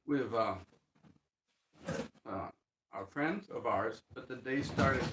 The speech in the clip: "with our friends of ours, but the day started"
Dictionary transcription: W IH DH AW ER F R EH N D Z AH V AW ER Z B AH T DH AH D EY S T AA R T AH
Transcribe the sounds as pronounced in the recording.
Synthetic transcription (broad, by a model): W IH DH AW ER F R EH N D Z AH V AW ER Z B AH T DH AH D EY S T AA R T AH